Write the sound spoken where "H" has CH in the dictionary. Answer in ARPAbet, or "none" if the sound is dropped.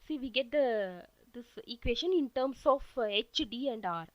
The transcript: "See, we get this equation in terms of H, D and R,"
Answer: CH